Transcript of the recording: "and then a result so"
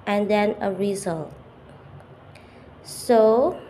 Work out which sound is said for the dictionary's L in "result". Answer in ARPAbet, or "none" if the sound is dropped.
L